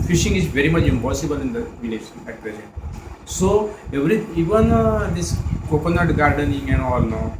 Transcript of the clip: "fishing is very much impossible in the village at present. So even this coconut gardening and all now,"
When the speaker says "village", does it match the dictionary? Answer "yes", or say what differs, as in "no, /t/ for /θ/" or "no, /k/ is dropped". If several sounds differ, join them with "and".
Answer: no, /n/ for /l/